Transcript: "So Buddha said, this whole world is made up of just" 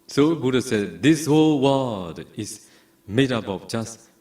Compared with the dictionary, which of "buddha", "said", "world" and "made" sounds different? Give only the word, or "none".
world